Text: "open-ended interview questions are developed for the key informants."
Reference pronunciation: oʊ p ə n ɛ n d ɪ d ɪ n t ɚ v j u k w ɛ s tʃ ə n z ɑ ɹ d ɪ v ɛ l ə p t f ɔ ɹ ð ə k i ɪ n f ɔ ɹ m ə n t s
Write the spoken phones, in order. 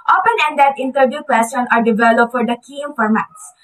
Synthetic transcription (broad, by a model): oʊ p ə n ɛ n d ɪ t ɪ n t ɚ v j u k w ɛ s ə n ɑ ɹ d ɪ v ɛ l ə p t f ɔ ɹ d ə k i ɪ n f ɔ ɹ m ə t s